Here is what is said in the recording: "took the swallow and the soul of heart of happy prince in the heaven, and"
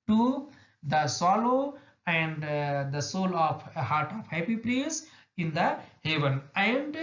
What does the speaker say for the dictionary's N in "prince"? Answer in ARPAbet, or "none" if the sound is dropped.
none